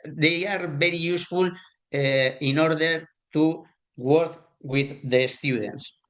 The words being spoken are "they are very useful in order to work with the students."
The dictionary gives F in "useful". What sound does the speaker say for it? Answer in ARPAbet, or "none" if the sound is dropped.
F